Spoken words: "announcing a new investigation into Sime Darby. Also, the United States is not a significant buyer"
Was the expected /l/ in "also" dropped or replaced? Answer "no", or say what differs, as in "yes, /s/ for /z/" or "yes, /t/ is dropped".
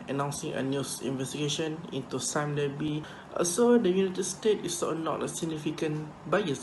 yes, /l/ is dropped